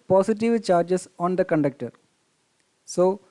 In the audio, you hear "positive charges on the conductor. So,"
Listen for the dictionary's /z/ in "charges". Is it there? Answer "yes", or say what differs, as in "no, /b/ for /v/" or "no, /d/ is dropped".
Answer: no, /s/ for /z/